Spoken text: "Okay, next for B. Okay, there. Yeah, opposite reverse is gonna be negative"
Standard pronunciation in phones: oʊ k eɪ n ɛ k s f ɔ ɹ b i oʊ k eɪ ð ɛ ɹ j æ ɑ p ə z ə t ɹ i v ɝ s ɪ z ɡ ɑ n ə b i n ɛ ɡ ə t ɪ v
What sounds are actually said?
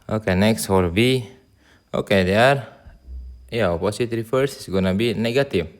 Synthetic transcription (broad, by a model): oʊ k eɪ n ɛ k s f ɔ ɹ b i oʊ k eɪ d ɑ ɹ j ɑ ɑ p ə s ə t ɹ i f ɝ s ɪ s ɡ ɑ n ə b i n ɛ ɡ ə t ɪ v